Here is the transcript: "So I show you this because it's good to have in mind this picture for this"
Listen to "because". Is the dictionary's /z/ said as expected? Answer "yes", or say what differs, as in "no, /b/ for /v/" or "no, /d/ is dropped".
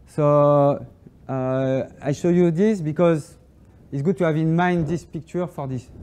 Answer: yes